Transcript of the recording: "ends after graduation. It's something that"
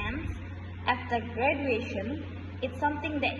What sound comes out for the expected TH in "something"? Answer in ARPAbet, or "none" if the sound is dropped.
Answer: T